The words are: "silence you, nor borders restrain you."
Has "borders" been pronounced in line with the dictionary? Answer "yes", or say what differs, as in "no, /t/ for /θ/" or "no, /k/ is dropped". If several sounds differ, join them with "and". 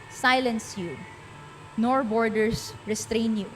no, /s/ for /z/